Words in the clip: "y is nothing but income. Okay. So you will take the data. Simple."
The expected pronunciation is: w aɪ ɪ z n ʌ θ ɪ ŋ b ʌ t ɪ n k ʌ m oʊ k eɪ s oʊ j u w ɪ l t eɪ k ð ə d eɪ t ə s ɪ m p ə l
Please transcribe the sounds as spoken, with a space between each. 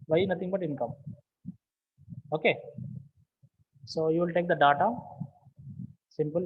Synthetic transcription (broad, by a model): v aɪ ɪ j n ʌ t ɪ ŋ b ʌ t ɪ n k ʌ m oʊ k eɪ s oʊ j u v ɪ l t eɪ k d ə d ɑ t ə s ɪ m p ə l